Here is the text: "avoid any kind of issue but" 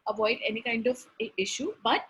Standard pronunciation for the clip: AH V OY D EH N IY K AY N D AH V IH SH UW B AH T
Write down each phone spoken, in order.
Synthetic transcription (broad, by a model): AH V OY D EH N IY K AY N D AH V IH SH UW B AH T